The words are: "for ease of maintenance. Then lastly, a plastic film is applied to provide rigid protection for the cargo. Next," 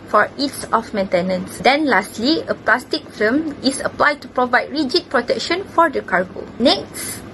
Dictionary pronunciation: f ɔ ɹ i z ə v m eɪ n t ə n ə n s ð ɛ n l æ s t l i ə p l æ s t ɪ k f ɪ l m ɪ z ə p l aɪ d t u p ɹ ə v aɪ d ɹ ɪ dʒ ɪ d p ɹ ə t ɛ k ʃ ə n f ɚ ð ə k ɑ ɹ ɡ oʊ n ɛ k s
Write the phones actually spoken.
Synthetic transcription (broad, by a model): f ɔ ɹ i s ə f m eɪ n t ə n ə n s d ɛ n l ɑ s t l i ə p l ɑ s t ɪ k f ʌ m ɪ s ə p l aɪ d t u p ɹ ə v aɪ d ɹ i dʒ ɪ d p ɹ ə t ɛ k ʃ ə n f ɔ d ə k ɑ ɹ ɡ oʊ n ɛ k s